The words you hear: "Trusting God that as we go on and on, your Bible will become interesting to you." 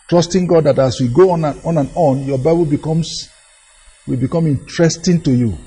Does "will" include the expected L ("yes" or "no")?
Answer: no